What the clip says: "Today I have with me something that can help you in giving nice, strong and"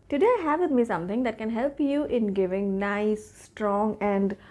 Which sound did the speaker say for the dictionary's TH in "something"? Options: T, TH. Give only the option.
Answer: T